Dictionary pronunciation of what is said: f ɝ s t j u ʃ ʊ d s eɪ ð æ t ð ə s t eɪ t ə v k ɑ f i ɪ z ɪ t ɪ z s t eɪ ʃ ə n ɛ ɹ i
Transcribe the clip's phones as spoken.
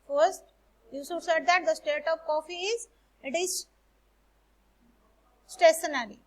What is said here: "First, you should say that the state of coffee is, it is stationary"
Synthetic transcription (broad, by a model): f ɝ s t j u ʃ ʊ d s eɪ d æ t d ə s t eɪ t ə v k ɑ f i ɪ z ɪ t ɪ z s t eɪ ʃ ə n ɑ ɹ i